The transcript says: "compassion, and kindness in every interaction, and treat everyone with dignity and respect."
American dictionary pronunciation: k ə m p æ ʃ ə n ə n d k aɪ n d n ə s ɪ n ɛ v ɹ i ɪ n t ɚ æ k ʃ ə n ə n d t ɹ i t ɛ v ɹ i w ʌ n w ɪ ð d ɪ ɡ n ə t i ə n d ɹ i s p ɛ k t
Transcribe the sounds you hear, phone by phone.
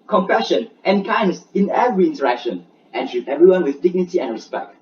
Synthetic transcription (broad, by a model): k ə m p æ ʃ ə n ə n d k aɪ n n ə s ɪ n ɛ v ɹ i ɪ n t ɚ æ k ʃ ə n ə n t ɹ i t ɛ v ɹ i w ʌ n w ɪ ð d ɪ ɡ n ə t i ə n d ɹ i s p ɛ k t